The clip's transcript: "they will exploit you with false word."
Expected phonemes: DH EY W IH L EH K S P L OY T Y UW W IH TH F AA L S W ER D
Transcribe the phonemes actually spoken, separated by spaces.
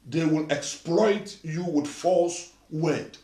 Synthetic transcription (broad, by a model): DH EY W IH L EH K S P L OY T Y UW W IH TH F AA L S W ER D